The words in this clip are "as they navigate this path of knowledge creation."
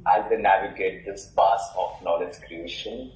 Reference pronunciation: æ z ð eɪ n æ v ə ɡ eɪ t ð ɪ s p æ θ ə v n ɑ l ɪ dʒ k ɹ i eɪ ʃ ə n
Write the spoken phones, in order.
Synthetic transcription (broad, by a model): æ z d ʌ n æ v ə ɡ eɪ t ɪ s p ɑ s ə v n ɑ l ɪ dʒ k ɹ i eɪ ʃ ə n